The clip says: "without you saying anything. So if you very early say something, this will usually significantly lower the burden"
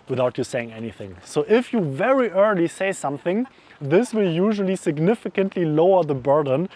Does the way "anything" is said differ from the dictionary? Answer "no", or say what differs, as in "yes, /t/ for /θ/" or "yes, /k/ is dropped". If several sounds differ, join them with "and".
no